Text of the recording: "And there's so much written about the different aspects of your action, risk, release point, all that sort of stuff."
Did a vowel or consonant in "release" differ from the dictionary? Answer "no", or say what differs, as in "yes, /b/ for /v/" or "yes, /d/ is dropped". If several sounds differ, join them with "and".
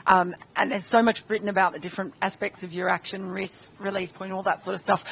no